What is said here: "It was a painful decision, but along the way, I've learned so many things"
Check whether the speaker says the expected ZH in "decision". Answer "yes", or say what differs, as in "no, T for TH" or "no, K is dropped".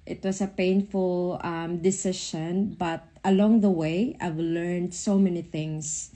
no, SH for ZH